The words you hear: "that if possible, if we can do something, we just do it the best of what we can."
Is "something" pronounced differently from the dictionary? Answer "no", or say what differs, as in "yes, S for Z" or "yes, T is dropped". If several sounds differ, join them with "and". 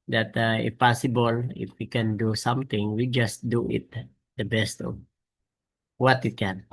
yes, T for TH